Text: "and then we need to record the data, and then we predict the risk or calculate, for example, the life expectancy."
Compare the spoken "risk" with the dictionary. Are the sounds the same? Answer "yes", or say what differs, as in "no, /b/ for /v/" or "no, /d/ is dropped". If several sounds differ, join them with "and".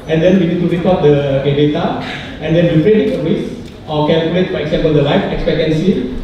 no, /k/ is dropped